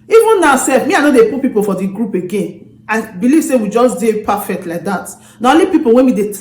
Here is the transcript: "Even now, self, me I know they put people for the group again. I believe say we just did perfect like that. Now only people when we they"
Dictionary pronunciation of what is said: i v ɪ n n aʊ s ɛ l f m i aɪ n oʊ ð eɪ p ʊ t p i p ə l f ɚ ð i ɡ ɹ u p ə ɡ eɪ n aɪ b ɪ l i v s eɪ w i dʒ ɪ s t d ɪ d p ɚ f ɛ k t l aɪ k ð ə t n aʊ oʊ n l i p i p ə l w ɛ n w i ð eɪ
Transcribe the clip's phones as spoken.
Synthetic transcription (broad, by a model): i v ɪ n n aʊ s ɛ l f m i aɪ n oʊ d eɪ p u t p i p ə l f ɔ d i ɡ ɹ u p ə ɡ eɪ n aɪ b ɪ l i v s eɪ w i dʒ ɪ s d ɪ p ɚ f ɛ k t l aɪ k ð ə t n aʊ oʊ l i p i p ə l w ɛ n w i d eɪ